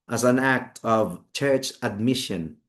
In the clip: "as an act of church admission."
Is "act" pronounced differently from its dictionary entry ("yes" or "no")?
no